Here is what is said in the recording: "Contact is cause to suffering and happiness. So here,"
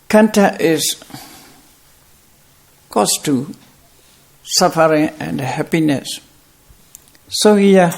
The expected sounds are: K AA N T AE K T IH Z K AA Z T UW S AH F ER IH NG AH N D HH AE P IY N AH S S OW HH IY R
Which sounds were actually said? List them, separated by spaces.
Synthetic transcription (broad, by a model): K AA N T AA T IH S K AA S T UW S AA F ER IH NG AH N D HH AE P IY N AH S S OW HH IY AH